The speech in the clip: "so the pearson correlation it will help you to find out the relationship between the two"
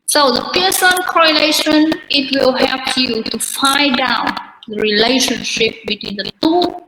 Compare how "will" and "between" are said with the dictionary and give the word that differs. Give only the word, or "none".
none